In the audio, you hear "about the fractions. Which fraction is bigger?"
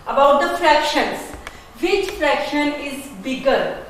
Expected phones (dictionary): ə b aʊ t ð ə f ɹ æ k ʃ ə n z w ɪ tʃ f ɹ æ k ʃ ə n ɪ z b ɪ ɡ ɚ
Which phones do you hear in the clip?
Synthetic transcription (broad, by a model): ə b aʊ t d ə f ɹ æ k ʃ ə n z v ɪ tʃ f ɹ æ k ʃ ə n ɪ z b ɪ ɡ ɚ